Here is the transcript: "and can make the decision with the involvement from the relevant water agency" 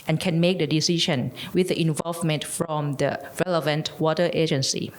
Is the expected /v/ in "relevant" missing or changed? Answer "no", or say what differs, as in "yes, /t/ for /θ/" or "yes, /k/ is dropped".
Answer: no